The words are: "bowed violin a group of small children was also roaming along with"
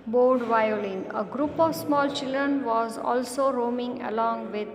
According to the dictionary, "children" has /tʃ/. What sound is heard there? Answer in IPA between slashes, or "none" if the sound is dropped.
/tʃ/